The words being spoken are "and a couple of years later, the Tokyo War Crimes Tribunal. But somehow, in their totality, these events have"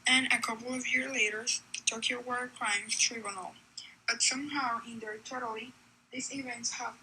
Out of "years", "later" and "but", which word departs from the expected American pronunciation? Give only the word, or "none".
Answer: none